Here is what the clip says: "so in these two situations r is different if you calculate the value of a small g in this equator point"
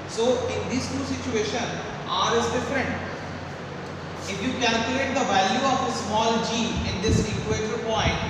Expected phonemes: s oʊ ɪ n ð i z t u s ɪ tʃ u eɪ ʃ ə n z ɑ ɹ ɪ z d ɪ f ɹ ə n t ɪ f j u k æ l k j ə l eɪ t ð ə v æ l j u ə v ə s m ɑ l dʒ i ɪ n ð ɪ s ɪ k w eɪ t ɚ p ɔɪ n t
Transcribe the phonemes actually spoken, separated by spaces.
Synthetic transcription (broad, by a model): s oʊ ɪ n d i s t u s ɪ tʃ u eɪ ʃ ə n ɑ ɹ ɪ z d ɪ f ɹ ə n t ɪ f j u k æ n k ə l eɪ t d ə v æ l j u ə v ə s m ɑ l dʒ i ɪ n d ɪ s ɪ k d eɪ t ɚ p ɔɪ n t